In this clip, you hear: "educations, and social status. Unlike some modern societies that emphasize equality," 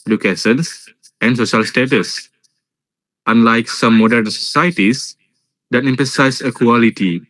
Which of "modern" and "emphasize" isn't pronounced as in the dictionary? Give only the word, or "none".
emphasize